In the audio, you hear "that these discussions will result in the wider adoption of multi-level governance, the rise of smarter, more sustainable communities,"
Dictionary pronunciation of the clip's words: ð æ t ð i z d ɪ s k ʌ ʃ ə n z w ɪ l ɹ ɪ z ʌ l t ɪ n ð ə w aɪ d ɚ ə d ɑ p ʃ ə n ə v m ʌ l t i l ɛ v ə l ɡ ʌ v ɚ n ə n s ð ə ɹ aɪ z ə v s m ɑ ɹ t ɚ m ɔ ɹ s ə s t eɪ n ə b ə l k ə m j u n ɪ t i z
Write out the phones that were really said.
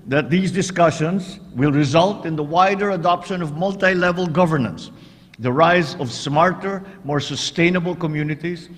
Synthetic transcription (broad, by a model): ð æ t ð i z d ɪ s k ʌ ʃ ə n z w ɪ l ɹ ɪ z ʌ l t ɪ n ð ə w aɪ d ɚ ə d ɑ p ʃ ə n ə v m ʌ l t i l ɛ v ə l ɡ ʌ v ɚ n ə n s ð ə ɹ aɪ z ə v s m ɑ ɹ t ɚ m ɔ ɹ s ə s t eɪ n ə b ə l k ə m j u n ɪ t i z